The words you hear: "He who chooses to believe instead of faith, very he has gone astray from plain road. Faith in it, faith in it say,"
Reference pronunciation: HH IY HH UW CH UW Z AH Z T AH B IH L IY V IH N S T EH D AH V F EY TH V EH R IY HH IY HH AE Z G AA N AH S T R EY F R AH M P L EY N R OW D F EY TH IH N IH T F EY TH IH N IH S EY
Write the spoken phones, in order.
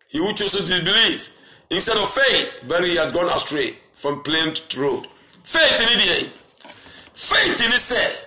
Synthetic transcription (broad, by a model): HH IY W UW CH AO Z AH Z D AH B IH L IY F IH N S T EH D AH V F EY TH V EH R HH IY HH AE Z G AA N AH S T R EY F R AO M P L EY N R OW D F EY TH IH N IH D F EY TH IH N IH S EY